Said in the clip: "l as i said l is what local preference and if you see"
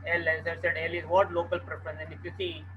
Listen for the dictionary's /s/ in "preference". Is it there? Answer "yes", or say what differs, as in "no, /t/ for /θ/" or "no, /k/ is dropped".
no, /s/ is dropped